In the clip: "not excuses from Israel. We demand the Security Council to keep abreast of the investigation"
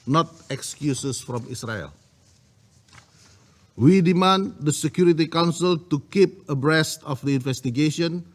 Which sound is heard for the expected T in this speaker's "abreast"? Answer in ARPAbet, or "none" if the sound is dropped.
T